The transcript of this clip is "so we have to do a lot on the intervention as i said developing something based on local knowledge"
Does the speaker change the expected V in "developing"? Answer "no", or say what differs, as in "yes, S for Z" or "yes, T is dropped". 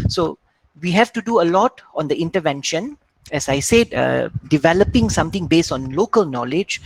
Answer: no